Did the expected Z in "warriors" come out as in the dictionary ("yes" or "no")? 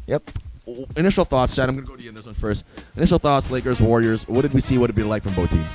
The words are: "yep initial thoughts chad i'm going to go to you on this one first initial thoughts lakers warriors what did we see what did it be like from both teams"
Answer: yes